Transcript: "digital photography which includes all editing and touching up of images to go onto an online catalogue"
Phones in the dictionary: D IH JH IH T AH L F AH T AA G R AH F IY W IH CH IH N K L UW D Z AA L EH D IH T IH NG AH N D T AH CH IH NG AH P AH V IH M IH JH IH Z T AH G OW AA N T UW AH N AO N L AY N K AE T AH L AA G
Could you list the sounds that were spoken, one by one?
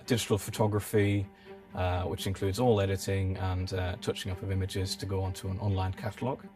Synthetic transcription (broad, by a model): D IH JH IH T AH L F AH T AA G R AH F IY W IH CH IH N K L UW D Z AA L EH D IH T IH NG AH N T AH CH IH NG AH P AH V IH M IH JH IH Z T AH G OW AA N T UW AH N AO N L AY N K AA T AH L AA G